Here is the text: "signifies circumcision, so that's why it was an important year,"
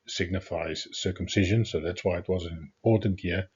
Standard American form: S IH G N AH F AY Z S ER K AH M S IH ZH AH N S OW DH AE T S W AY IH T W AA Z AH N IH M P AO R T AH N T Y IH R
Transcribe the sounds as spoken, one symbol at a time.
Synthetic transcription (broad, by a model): S IH G N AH F AY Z S ER K AH M S IH ZH AH N S OW DH AE T S W AY IH T W AA Z AH N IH M P AO R T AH N T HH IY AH